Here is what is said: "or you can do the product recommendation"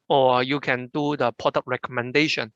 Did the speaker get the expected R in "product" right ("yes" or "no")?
no